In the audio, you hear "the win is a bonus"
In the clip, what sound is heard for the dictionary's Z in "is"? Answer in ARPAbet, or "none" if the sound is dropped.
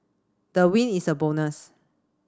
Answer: S